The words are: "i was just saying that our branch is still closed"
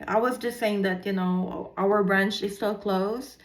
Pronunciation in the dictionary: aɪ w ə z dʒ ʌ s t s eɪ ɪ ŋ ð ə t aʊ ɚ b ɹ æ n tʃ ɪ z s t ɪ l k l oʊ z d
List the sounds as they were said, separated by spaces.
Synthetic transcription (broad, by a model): aɪ w ə z dʒ ʌ s t s eɪ ɪ ŋ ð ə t aʊ ɚ b ɹ æ n tʃ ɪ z s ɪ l k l oʊ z